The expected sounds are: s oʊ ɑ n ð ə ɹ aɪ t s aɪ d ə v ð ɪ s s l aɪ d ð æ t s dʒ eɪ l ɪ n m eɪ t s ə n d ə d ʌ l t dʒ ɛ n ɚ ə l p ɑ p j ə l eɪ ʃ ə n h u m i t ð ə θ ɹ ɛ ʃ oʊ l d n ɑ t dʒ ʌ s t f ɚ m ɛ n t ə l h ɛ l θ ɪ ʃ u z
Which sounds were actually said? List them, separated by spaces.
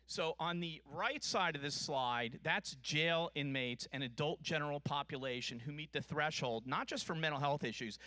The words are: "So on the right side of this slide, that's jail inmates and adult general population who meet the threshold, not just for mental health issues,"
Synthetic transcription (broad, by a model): s oʊ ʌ n ð ə ɹ aɪ t s aɪ d ə v ð ɪ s s l aɪ d ð æ t s dʒ eɪ l ɪ n m eɪ t s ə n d ə d ʌ l t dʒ ɛ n ɚ l p ɑ p j ə l eɪ ʃ ə n h u m i t ð ə θ ɹ ɛ ʃ oʊ l d n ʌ t dʒ ʌ s t f ɚ m ɛ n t l h ɛ l θ ɪ ʃ u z